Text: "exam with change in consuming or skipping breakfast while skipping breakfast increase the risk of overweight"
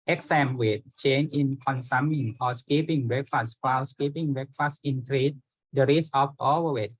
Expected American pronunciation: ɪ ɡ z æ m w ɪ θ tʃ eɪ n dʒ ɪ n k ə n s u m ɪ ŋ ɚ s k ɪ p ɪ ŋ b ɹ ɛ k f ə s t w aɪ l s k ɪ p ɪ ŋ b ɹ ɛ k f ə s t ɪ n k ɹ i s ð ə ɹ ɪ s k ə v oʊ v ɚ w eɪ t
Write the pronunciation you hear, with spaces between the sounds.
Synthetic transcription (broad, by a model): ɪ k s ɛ m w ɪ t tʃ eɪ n ɪ n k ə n s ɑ m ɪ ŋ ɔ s k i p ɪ ŋ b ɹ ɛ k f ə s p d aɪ w s k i p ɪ ŋ b ɹ ɛ k f ə s t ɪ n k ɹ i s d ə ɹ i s ə f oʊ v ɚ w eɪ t